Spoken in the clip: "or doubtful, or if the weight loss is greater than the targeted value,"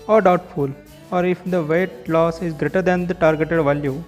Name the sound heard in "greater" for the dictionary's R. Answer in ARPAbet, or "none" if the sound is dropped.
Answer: R